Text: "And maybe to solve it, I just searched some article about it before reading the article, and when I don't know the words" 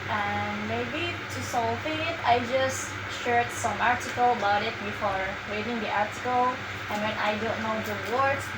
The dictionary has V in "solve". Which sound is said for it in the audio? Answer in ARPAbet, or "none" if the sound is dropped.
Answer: F